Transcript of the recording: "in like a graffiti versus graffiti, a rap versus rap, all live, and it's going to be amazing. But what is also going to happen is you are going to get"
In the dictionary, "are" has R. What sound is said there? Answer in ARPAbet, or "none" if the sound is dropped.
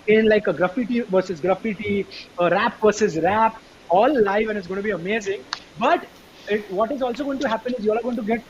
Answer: L